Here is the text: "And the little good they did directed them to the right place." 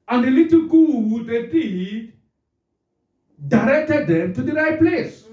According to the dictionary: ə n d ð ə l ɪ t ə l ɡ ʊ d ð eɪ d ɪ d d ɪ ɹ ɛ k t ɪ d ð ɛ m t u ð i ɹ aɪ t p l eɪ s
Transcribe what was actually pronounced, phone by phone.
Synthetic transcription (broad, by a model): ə n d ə l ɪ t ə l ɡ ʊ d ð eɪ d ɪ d d ɪ ɹ ɛ k t ɪ d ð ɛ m t u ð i ɹ aɪ t p l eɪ s